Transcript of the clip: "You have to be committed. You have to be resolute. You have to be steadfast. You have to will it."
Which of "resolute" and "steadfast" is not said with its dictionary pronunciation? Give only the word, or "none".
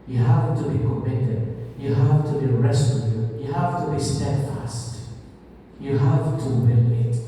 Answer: resolute